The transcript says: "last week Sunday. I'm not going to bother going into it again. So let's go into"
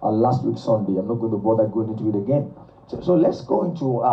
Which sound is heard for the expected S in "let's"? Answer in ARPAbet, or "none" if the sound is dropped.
S